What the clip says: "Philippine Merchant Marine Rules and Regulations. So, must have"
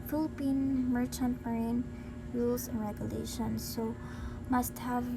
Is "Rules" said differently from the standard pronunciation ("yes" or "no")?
yes